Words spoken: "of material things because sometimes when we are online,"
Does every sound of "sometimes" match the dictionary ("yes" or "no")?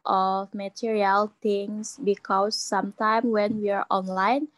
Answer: no